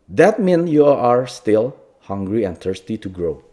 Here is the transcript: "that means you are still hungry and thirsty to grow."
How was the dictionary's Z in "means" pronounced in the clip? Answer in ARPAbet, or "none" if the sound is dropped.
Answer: none